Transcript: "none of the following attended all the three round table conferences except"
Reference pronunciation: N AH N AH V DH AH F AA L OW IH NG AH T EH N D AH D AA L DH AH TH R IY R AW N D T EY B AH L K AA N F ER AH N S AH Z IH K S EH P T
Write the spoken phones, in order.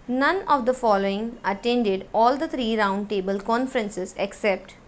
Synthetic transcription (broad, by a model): N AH N AH V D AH F AA L OW IH NG AH T EH N D AH D AA L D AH T R IY R AW N D T EY B AH L K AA N F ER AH N S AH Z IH K S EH P T